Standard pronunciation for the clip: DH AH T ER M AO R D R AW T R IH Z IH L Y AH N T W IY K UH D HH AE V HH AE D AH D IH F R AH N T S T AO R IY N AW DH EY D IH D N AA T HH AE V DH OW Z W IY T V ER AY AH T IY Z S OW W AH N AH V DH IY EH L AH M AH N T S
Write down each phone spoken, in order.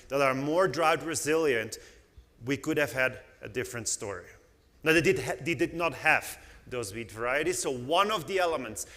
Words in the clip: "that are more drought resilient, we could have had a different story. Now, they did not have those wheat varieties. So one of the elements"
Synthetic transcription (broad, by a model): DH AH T ER M AO R D R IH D R IH Z IH L Y AH N T W IY K UH D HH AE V HH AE D AH D IH F R AH N T S T AO R IY N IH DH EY D IH D N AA T HH AE V DH OW Z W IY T V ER AY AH T IY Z S OW W AH N AH V DH IY EH L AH M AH N T S